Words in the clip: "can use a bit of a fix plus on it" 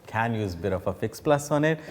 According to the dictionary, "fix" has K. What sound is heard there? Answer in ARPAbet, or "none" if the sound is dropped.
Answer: K